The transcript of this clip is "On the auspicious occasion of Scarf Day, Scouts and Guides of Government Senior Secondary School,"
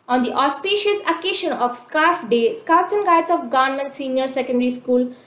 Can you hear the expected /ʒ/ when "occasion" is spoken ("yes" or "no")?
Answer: no